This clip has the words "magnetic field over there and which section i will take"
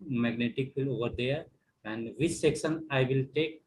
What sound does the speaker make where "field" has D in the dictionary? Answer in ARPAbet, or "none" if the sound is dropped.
none